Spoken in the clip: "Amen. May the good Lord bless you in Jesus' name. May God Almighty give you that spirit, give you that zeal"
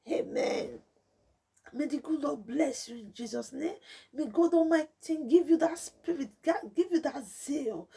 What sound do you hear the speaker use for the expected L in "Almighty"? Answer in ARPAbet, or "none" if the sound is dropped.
none